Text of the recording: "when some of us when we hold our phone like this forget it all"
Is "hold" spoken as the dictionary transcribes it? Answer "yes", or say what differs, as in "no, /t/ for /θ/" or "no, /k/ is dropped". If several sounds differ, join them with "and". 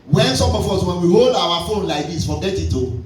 yes